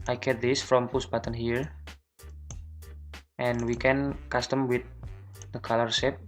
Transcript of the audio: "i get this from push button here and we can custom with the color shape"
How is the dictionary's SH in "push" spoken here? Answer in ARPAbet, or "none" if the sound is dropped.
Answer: S